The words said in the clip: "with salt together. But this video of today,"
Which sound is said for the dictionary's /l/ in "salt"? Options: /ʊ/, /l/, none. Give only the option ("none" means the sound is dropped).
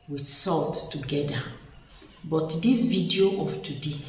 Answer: /l/